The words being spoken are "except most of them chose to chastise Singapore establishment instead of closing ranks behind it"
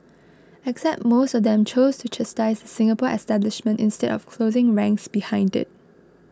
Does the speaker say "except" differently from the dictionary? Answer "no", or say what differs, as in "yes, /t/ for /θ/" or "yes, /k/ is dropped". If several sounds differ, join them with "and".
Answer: no